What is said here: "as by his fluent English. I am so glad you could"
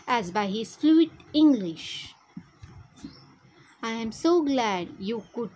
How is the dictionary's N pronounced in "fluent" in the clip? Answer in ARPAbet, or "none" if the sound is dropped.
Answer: none